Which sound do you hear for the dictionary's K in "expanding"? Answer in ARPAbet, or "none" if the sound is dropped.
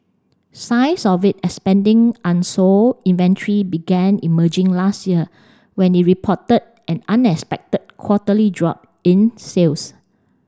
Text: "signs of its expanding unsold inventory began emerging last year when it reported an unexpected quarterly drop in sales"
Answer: none